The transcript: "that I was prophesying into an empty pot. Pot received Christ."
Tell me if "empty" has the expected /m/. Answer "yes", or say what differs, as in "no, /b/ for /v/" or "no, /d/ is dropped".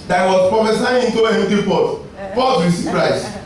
no, /m/ is dropped